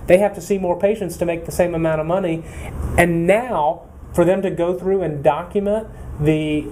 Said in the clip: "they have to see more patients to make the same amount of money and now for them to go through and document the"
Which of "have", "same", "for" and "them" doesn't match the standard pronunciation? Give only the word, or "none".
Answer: have